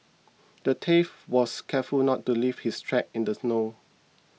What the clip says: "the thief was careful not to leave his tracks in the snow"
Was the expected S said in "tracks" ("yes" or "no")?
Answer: no